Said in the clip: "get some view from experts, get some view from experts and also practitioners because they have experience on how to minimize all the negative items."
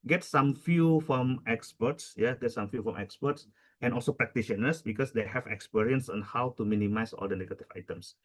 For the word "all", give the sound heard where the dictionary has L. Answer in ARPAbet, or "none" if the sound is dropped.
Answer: L